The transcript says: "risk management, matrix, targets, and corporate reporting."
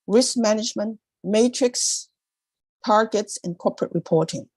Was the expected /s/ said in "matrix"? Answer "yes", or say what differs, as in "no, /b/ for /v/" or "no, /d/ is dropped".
yes